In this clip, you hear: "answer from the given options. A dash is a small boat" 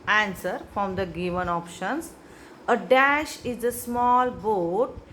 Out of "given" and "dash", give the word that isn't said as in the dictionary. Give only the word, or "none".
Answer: none